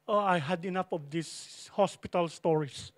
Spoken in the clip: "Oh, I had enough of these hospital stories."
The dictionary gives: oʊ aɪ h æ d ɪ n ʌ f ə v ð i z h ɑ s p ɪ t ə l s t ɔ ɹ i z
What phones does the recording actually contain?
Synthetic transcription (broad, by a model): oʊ aɪ h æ d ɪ n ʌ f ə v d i s h ɑ s p ɪ t ə l s t ɔ ɹ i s